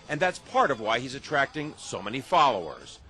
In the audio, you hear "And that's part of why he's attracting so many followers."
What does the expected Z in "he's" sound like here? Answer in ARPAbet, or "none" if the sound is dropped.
Z